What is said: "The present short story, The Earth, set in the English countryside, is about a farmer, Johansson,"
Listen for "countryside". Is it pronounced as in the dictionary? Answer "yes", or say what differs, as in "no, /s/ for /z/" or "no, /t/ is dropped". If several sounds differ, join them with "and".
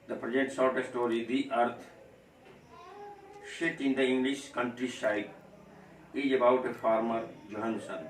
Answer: no, /ʃ/ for /s/